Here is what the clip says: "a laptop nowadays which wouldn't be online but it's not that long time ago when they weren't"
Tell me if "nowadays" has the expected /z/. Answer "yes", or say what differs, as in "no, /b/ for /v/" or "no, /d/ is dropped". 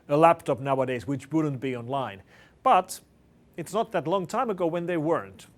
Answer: yes